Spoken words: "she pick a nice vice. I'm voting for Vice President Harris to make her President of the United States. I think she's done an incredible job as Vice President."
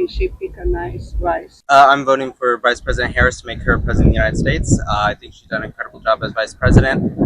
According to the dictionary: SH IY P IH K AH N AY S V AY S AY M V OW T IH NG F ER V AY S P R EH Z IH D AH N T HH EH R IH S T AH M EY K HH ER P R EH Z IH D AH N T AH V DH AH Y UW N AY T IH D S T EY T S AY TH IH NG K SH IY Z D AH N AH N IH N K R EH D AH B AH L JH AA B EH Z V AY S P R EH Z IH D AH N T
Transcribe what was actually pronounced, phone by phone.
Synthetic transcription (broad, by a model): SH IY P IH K AH N AY S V AY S AY M V OW T IH NG F ER V AY S P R EH Z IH D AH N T HH EH R IH S T AH M EY K HH ER P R EH Z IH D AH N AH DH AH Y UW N AY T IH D S T EY T S AY TH IH NG K SH IY Z D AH AH N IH K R EH D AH B L JH AA B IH Z V AY S P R EH Z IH D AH N T